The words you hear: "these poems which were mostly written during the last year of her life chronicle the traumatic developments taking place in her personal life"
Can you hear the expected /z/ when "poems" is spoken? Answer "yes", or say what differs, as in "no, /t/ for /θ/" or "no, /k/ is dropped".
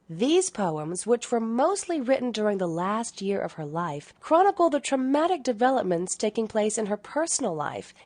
yes